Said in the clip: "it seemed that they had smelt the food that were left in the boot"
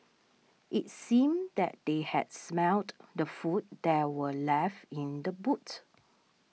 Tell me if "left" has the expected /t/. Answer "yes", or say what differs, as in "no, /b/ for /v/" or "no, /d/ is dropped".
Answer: no, /t/ is dropped